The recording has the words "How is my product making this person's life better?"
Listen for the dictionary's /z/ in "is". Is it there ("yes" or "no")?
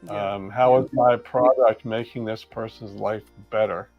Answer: yes